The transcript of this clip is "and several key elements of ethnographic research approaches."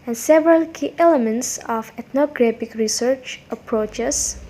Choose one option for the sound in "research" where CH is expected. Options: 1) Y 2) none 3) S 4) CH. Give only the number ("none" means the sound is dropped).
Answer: 4